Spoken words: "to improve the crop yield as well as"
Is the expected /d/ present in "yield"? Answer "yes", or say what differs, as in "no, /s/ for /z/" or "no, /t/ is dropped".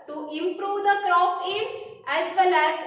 no, /d/ is dropped